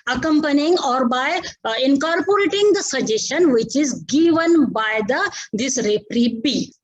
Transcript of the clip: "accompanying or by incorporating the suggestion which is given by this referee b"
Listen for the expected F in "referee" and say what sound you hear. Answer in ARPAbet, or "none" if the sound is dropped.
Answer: P